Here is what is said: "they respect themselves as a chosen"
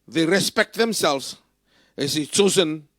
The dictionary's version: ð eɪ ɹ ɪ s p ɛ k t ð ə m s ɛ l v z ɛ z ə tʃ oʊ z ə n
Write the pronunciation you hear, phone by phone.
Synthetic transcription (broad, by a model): ð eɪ ɹ ɪ s p ɛ k t ð ə m s ɛ l v z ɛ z ə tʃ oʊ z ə n